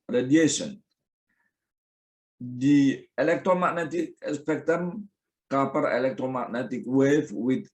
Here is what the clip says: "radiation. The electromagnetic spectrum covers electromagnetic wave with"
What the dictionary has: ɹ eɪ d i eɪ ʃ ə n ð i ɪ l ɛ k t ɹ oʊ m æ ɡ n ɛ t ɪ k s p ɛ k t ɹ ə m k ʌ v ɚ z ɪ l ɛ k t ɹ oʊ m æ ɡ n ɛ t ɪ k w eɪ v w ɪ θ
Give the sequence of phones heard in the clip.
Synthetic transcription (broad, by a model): ɹ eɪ d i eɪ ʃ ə n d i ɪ l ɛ k t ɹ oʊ m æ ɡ n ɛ t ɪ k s p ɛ k t ə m k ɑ p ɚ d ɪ l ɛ k t ɹ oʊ m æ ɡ n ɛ t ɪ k w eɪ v w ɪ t